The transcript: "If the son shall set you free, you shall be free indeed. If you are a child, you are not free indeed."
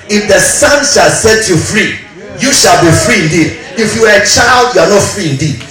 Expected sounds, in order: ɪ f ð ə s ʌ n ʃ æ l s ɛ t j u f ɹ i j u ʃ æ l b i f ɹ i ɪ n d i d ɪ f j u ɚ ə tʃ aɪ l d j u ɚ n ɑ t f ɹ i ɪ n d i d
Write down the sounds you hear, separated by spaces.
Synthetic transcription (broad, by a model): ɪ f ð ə s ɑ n ʃ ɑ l s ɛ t j u f ɹ i j u ʃ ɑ l b i f ɹ i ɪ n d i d ɪ f j u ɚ ə tʃ aɪ l d j u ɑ n ɑ t f ɹ i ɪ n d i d